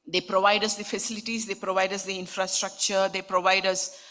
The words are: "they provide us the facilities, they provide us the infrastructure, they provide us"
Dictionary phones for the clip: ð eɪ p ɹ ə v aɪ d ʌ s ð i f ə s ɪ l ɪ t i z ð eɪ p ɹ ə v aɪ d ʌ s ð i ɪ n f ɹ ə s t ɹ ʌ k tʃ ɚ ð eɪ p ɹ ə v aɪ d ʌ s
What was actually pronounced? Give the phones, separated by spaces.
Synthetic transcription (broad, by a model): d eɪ p ɹ ə v aɪ d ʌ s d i f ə s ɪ l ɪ t i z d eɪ p ɹ ə v aɪ d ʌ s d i ɪ n f ɹ ə s t ɹ ʌ k tʃ ɚ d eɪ p ɹ ə v aɪ d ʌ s